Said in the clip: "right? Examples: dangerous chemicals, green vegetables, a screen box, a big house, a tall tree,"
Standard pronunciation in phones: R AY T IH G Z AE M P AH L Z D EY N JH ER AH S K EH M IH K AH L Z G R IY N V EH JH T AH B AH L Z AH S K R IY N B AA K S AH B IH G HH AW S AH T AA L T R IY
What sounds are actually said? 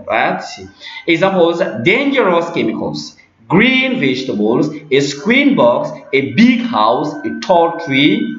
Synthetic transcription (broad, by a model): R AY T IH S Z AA P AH Z D EY N JH ER AH S K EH M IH K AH L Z G R IY N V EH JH T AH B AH L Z AH S K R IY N B AA K S AH B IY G HH AW S AH T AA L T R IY